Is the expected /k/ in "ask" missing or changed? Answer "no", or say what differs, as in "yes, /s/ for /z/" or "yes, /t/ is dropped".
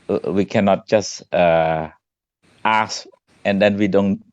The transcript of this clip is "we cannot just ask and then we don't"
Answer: yes, /k/ is dropped